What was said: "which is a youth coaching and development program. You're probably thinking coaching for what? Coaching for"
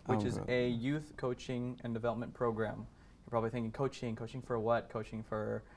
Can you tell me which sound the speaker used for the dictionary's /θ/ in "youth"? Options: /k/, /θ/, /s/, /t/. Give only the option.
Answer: /θ/